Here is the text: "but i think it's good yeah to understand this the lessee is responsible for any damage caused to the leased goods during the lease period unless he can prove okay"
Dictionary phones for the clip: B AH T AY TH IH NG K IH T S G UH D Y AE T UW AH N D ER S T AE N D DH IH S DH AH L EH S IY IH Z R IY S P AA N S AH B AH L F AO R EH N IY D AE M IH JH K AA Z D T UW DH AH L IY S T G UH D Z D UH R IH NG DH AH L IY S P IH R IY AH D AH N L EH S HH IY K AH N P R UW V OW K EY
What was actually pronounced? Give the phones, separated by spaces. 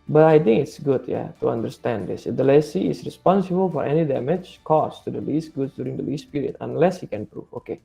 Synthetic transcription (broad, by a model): B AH T AY T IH NG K IH T S G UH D Y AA T UW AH N D ER S T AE N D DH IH S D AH L EH S IY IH S R IY S P AA N S AH B AH L F AO R EH N IY D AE M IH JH K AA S T UW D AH L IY S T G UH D S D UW R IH NG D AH L IY S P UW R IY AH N AH N L EH S HH IY K AH N P R UW F OW K EY